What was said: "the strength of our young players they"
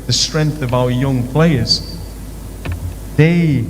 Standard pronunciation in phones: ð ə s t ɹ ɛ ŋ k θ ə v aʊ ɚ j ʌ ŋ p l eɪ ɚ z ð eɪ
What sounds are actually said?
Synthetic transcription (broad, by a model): ð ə s t ɹ ɛ ŋ k θ ə v aʊ ɚ j ʌ ŋ p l eɪ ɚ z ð eɪ